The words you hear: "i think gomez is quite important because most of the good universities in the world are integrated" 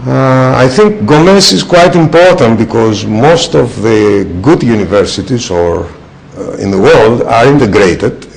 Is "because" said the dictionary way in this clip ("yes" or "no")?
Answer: yes